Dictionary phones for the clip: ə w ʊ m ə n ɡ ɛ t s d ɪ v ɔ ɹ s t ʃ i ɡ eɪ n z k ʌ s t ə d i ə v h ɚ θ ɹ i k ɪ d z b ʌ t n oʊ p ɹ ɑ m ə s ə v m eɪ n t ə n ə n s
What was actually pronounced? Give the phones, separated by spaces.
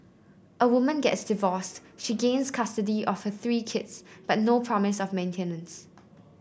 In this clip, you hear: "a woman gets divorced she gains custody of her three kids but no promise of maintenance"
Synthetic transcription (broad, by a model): ə w ʊ m ə n ɡ ɛ t s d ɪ v ɔ s t ʃ i ɡ eɪ n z k ʌ s t ə d i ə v h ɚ θ ɹ i k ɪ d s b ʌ t n oʊ p ɹ ɑ m ə s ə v m eɪ n t ə n ə n s